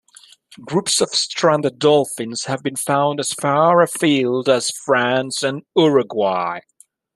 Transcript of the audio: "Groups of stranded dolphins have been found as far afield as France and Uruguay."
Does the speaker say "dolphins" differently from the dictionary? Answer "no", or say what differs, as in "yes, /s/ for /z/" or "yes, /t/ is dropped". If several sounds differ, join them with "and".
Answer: no